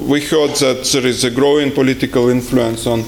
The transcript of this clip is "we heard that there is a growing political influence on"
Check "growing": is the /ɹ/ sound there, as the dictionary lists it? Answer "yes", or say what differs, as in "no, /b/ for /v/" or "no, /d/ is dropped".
yes